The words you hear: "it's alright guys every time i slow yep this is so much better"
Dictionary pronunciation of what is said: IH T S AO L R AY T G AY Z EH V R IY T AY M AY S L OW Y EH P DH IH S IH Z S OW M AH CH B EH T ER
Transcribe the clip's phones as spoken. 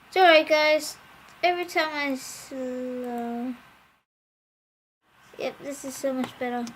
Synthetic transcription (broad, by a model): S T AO R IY G AY Z EH V R IY T AY M AY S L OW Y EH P DH IH S IH Z S OW M AH CH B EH T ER